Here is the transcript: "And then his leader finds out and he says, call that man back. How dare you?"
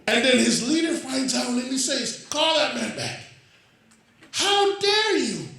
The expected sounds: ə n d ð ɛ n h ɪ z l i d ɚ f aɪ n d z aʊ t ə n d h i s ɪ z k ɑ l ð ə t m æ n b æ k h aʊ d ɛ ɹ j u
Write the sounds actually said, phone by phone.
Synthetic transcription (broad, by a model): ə n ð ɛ n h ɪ z l i d ɚ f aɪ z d aʊ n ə n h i s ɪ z k ɑ l ð ə t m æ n b æ k h aʊ d ɛ ɹ j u